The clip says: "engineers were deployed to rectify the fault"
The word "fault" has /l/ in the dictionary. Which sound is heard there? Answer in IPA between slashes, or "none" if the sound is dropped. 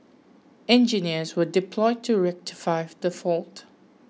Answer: /l/